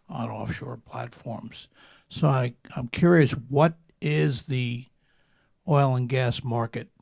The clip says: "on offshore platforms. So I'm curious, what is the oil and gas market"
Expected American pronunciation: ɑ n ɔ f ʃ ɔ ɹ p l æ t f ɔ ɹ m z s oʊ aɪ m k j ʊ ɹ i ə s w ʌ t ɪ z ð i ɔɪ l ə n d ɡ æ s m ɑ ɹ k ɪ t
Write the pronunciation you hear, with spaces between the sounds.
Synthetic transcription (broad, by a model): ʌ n ɔ f ʃ ɔ ɹ p l æ t f ɔ ɹ m z s oʊ aɪ m k j ʊ ɹ i ə s w ʌ t ɪ z ð i ɔɪ l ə n ɡ æ s m ɑ ɹ k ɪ t